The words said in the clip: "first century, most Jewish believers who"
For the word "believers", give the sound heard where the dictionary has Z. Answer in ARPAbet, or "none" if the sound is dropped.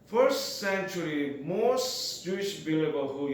none